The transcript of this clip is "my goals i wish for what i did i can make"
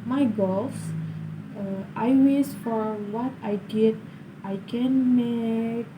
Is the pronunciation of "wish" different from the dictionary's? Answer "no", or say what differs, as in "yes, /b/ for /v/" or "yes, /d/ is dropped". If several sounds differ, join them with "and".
yes, /s/ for /ʃ/